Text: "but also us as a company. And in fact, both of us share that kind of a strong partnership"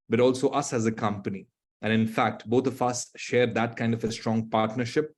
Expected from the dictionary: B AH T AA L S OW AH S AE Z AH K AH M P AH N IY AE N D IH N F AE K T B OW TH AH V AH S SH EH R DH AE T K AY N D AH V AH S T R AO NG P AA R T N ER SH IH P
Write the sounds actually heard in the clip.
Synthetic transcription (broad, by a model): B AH T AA L S OW AH S AE Z AH K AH M P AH N IY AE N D IH N F AE K T B OW T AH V AH S SH EH R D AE T K AY N D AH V AH S T R AO NG P AA R T N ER SH IH P